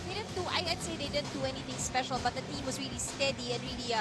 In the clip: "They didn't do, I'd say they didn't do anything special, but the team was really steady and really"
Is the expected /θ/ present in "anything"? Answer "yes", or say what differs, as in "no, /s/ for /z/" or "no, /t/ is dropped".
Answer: no, /t/ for /θ/